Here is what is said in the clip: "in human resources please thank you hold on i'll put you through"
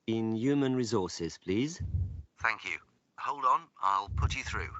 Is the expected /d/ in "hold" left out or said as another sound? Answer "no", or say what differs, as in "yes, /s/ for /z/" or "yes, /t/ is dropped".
no